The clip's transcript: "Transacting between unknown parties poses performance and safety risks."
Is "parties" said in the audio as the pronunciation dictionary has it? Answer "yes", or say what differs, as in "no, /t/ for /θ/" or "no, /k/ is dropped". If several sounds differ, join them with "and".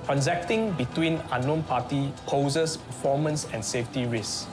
no, /z/ is dropped